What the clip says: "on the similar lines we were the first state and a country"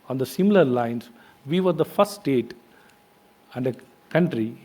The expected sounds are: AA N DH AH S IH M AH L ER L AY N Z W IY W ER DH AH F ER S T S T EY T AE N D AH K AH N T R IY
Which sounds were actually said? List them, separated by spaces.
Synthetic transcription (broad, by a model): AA N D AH S IH M AH L ER L AY N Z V IY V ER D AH F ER T S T EY T AE N D AH K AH N T R IY